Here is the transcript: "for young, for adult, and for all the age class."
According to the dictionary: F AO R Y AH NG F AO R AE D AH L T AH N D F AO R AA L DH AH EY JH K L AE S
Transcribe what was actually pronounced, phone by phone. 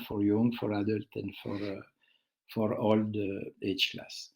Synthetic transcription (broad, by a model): F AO R Y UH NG F AO R AE D AH L T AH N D F AO R AA L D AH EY CH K L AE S